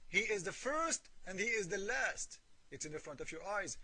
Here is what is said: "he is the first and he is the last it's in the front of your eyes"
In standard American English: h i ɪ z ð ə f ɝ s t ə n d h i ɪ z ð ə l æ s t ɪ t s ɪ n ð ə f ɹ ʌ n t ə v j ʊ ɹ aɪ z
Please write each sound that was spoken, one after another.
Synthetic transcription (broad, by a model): h i ɪ z ð ə f ɝ s t ə n d h i ɪ z ð ə l æ s t ɪ t s ɪ n ð ə f ɹ ʌ n t ə v j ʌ ɹ aɪ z